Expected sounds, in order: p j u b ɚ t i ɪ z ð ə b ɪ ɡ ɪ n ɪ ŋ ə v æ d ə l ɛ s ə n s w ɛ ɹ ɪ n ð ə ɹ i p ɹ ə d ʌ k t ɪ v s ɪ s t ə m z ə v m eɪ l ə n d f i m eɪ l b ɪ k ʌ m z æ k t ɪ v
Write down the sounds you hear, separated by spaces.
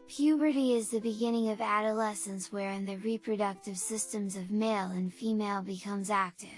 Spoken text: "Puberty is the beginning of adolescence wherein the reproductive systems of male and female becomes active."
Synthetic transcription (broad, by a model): p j u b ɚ t i ɪ z ð ə b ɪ ɡ ɪ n ɪ ŋ ə v æ d ə l ɛ s ə n s w ɛ ɹ ɪ n ð ə ɹ i p ɹ ə d ʌ k t ɪ v s ɪ s t ə m z ə v m eɪ l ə n f i m eɪ l b ɪ k ʌ m z æ k t ɪ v